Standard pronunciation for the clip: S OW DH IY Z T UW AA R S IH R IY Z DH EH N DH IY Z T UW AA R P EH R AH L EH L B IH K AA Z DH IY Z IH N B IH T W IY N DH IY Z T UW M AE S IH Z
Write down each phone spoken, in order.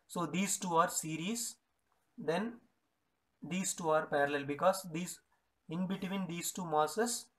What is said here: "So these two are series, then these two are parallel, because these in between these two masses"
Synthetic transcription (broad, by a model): S OW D IY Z T UW AA R S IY R IY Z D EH N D IY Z T UW AA R P EH R AH L EH L B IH K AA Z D IY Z IH N B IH T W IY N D IY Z T UW M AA S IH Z